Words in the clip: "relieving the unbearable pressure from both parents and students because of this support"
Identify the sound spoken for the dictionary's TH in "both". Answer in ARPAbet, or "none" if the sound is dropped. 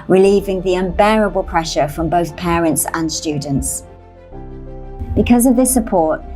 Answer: TH